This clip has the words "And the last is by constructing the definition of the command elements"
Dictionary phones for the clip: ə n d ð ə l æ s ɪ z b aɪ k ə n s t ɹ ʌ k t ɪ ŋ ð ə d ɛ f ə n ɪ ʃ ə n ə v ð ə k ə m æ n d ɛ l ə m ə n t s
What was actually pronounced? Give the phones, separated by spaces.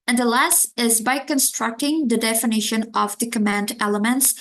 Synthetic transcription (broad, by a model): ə n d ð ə l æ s ɪ z b aɪ k ə n s t ɹ ʌ k t ɪ ŋ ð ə d ɛ f ə n ɪ ʃ ə n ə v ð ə k ə m æ n d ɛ l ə m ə n t s